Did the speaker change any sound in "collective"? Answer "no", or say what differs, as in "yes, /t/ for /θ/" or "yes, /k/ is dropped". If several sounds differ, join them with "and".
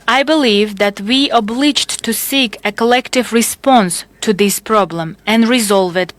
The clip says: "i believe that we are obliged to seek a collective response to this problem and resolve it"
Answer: no